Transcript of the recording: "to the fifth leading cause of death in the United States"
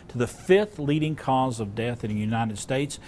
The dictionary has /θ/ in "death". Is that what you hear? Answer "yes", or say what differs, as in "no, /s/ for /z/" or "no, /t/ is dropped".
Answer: yes